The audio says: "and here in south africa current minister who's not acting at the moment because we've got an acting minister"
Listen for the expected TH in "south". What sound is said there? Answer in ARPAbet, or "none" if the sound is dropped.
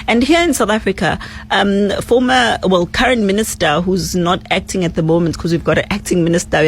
TH